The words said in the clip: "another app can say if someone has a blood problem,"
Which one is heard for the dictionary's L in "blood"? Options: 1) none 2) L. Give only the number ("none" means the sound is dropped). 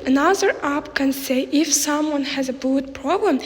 1